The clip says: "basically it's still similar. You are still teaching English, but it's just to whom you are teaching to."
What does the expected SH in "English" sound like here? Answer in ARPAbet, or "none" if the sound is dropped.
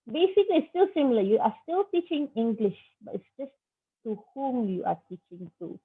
SH